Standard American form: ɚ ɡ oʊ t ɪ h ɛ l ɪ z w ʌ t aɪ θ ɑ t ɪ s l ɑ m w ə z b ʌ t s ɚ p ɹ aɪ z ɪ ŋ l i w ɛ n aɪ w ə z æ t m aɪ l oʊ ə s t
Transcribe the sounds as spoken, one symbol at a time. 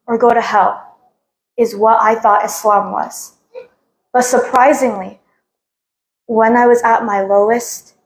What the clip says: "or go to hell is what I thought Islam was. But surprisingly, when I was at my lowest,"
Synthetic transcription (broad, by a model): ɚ ɡ oʊ t ɪ h ɛ l ɪ z w ʌ t aɪ θ ɑ t ɪ s l ɑ m w ə z b ʌ t s ɚ p ɹ aɪ z ɪ ŋ l i w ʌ n aɪ w ə z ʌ t m aɪ l oʊ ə s t